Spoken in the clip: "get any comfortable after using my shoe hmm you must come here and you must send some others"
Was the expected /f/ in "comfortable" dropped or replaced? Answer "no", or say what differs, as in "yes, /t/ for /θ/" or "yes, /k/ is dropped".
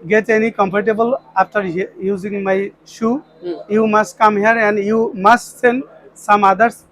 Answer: yes, /p/ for /f/